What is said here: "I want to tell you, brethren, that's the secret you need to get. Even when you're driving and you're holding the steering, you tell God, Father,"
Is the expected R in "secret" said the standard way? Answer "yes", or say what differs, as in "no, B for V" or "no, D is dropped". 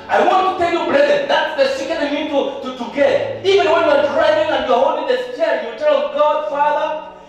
no, R is dropped